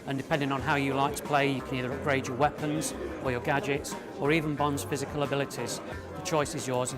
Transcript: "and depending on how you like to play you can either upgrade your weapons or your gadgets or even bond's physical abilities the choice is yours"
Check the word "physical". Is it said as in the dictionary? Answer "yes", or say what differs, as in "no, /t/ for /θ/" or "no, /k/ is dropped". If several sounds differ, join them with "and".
yes